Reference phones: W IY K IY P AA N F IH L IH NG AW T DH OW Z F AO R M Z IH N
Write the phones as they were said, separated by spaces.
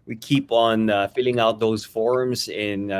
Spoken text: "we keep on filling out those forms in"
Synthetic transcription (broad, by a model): W IY K IY P N F IH L IH NG AW T DH OW Z F AO R M Z IH N